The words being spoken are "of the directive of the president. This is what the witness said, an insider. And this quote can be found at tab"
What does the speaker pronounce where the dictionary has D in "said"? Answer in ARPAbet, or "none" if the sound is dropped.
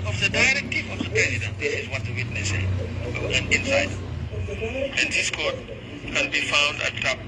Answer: none